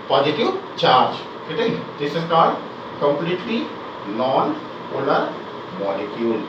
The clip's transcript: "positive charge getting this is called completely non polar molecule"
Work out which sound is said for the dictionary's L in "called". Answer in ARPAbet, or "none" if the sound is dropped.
none